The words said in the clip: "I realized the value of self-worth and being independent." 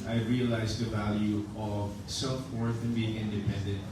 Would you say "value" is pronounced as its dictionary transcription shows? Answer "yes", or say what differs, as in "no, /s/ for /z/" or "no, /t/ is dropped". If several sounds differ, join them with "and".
yes